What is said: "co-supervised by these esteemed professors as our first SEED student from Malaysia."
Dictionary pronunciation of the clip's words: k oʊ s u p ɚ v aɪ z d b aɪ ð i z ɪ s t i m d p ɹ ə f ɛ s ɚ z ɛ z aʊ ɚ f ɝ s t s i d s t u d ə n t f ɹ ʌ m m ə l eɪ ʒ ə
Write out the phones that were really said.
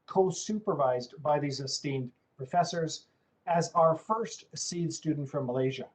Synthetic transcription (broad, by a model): k oʊ s u p ɚ v aɪ z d b aɪ ð i z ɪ s t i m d p ɹ ə f ɛ s ɚ z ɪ z aʊ ɚ f ɝ s t s i d s t u d n t f ɹ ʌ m m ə l eɪ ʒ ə